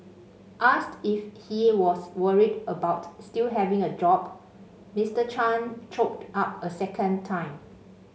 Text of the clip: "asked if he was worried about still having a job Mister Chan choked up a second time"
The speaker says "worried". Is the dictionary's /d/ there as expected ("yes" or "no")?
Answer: yes